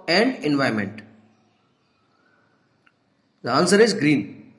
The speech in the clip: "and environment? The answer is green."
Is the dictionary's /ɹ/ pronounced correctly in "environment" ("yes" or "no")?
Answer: no